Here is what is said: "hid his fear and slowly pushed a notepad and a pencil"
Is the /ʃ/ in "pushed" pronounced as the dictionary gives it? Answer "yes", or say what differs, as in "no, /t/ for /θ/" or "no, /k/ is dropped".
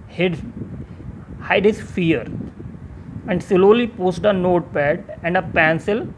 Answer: no, /s/ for /ʃ/